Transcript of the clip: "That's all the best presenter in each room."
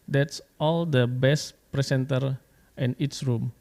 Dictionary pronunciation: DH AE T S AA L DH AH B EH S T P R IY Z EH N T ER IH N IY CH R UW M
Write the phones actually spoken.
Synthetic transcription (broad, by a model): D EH T S AA L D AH B EH S T P R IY S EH N T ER IH N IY S R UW M